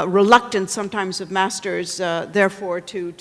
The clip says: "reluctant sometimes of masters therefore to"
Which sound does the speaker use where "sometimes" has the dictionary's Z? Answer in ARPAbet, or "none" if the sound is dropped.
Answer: Z